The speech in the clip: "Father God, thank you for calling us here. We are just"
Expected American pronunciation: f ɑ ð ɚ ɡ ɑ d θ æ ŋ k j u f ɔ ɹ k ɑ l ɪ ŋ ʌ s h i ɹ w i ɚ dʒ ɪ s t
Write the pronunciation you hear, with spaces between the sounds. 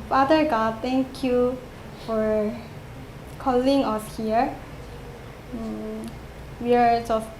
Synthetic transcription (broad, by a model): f ɑ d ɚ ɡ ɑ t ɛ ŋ k j u f ɔ ɹ k ɑ l ɪ ŋ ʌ s h i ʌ w i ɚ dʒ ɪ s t